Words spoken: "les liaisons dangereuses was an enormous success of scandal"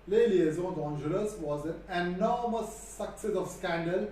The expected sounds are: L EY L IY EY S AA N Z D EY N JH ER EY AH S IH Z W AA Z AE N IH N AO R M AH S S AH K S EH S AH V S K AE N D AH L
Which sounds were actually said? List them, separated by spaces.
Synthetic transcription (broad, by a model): L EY L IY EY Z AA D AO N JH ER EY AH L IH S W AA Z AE N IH N AO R M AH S S AH K S EH S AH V S K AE N D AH L